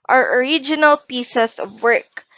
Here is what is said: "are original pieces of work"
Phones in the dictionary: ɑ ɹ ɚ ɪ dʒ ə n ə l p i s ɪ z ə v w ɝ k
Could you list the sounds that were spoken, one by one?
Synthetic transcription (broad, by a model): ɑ ɹ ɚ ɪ dʒ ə n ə l p i s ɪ s ə v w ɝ k